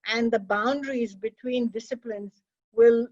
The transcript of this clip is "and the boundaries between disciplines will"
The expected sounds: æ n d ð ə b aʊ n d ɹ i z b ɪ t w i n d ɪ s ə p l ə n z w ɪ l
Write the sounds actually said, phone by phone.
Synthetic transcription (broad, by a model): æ n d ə b aʊ n d ɹ i z b ɪ t w i n d ɪ s ə p l ə n z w ɪ l